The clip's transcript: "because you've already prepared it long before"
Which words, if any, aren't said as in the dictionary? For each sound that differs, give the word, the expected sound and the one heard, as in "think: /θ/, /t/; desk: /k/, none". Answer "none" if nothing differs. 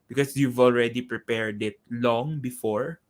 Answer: none